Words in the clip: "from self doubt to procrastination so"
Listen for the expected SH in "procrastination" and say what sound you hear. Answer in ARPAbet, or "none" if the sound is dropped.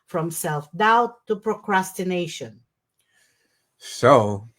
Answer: SH